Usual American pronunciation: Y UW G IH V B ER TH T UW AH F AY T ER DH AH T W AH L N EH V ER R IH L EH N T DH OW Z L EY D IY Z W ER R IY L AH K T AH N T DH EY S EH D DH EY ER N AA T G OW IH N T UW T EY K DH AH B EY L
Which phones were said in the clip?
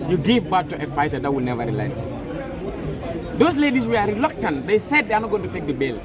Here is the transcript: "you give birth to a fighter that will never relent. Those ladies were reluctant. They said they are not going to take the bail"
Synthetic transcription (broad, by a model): Y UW G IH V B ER T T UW AH F AY T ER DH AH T W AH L N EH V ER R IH L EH T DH OW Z L EY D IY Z W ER R IY L AH K T AH N T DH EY S EH D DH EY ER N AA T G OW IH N T UW T EY K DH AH B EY L